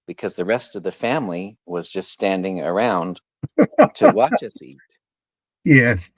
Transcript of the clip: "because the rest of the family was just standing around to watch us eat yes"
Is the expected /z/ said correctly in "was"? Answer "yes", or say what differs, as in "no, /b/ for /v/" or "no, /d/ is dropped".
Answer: yes